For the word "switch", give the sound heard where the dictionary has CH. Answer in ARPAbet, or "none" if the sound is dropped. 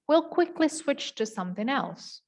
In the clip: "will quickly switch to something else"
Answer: CH